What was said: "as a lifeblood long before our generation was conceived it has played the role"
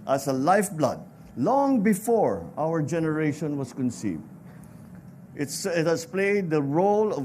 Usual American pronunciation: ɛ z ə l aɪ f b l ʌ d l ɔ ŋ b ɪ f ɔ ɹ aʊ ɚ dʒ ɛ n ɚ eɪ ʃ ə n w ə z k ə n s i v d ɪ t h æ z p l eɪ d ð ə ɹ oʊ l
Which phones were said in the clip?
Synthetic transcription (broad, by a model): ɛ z ə l aɪ f b l ʌ d l ɔ ŋ b ɪ f ɔ ɹ aʊ ɚ dʒ ɛ n ɚ eɪ ʃ ə n w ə s k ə n s i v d ɪ t h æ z p l eɪ d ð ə ɹ oʊ l